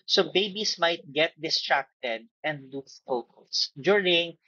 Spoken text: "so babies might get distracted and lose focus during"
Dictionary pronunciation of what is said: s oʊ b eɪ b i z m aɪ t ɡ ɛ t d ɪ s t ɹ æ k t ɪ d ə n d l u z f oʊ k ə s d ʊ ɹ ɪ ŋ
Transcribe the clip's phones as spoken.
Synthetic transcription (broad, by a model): s oʊ b eɪ b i s m aɪ t ɡ ɛ t d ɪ s t ɹ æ k t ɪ d ə n d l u f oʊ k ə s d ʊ ɹ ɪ ŋ